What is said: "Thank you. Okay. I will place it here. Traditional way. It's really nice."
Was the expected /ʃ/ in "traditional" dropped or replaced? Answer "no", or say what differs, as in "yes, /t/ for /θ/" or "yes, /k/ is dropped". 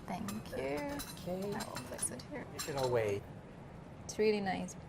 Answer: yes, /ʃ/ is dropped